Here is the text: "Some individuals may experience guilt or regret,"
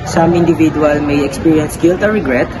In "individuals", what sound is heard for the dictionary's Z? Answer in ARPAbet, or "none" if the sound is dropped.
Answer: none